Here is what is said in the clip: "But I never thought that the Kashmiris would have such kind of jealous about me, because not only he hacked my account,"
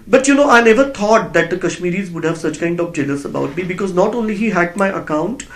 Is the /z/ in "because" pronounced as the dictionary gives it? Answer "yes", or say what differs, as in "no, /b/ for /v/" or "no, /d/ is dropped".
yes